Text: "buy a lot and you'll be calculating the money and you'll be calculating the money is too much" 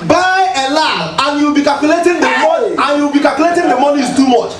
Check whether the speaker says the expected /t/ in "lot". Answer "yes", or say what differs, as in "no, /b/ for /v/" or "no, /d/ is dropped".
no, /t/ is dropped